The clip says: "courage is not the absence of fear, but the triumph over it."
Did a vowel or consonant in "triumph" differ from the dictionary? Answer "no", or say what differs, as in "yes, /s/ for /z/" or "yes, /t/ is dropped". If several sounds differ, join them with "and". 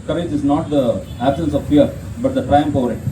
yes, /p/ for /f/